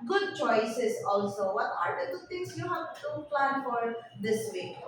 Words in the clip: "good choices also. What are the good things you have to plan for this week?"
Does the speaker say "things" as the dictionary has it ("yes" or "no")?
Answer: no